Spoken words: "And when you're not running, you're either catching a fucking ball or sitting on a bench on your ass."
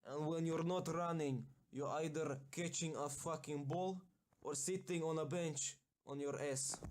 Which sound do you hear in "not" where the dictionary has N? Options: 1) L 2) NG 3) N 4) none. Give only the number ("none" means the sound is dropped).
3